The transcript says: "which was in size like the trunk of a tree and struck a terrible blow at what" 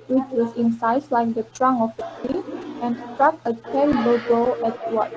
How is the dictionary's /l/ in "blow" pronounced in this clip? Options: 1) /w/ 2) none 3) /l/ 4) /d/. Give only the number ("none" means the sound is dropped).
2